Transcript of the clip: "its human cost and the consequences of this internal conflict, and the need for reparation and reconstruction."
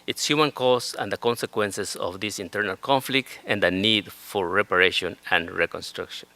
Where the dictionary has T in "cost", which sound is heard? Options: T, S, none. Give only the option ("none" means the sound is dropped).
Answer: none